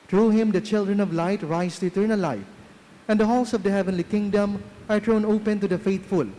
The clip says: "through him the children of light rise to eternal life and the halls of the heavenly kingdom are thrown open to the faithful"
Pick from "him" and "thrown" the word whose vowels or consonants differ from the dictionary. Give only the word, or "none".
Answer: thrown